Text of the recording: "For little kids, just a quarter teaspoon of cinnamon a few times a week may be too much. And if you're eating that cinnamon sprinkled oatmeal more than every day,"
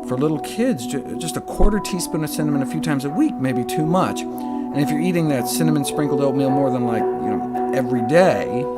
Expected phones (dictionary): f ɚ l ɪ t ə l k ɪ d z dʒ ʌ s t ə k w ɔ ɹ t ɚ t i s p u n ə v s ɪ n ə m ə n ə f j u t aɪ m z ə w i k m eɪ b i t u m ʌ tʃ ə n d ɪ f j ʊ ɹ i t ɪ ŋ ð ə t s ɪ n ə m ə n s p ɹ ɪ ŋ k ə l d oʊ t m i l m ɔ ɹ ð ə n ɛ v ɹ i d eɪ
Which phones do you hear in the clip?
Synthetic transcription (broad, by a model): f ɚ l ɪ t l k ɪ d z dʒ ʌ s t ə k w ɔ ɹ t ɚ t i s p u n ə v s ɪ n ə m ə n ə f j u t aɪ m z ə w i k m eɪ b i t u m ʌ tʃ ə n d ɪ f j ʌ ɹ i t ɪ ŋ ð ə t s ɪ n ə m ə n s p ɹ ɪ ŋ k l d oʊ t m i l m ɔ ɹ ð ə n ɛ v ɹ i d eɪ